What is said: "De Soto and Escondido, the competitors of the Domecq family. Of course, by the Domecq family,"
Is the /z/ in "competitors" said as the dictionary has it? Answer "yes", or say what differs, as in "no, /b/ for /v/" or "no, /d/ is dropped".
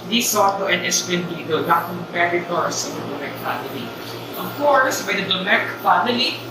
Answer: no, /s/ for /z/